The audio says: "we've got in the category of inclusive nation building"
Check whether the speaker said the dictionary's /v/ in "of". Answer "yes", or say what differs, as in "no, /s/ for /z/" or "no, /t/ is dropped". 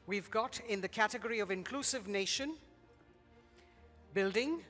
yes